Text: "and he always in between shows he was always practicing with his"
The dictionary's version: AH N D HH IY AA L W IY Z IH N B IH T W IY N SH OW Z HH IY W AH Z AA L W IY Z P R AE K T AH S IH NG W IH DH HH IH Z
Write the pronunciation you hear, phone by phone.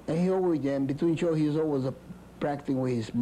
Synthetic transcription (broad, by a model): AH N HH IY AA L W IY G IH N B IH T W IY N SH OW HH IY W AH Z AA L W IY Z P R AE K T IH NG W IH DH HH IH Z